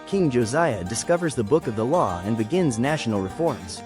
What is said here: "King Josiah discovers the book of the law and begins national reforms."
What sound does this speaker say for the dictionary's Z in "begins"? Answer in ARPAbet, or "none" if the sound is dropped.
Z